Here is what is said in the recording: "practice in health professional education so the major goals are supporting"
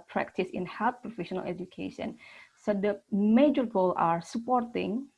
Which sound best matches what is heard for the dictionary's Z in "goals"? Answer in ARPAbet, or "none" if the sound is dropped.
none